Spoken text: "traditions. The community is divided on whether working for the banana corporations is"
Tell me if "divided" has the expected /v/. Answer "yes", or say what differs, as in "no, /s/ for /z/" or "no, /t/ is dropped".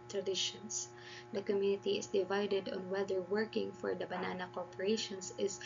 yes